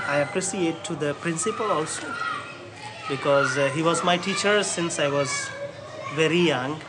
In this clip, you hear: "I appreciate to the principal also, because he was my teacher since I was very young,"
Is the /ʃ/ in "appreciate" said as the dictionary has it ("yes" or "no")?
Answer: no